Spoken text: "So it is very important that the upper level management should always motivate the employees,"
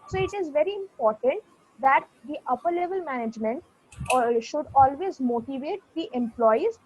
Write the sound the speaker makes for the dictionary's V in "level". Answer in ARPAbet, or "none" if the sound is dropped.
V